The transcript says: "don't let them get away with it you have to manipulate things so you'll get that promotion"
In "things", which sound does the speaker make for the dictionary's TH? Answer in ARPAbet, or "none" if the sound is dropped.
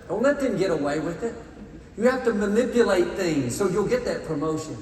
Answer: TH